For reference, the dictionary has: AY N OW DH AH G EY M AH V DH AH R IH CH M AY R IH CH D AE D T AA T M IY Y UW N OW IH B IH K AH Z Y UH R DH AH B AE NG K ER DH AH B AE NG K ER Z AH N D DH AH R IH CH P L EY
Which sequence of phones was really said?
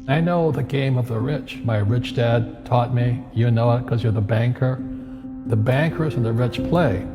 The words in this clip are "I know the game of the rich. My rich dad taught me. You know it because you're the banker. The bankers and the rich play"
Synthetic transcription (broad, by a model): AY N OW DH AH G EY M AH V DH AH R IH CH M AY R IH CH D AE D T AA T M IY Y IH N OW IH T K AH Z Y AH R DH AH B AE NG K ER DH AH B AE NG K ER Z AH N DH AH R IH CH P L EY